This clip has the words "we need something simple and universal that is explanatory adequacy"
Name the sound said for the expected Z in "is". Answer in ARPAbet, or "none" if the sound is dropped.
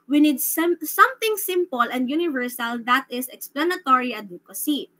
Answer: S